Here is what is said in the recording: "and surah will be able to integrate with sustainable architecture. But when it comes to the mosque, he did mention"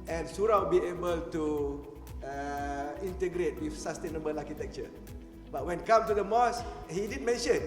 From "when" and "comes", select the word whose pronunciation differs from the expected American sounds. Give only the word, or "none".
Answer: comes